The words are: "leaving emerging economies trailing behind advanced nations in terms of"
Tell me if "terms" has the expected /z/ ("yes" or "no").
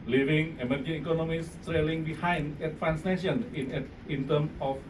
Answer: no